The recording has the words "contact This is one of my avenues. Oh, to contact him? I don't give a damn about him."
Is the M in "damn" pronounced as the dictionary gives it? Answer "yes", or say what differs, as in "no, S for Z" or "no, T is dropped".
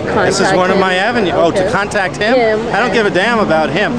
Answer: yes